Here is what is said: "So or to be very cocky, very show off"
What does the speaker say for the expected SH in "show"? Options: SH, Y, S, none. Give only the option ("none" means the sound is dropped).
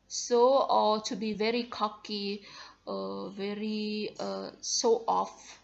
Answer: S